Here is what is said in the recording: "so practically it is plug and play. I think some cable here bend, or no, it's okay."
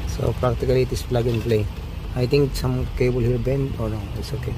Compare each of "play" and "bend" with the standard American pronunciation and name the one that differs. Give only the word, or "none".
bend